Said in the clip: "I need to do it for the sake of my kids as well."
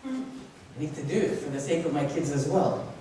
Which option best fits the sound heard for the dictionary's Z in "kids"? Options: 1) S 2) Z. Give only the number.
2